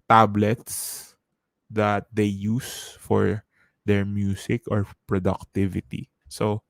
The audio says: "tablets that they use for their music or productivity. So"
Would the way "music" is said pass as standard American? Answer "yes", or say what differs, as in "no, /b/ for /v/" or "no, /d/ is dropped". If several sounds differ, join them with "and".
no, /s/ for /z/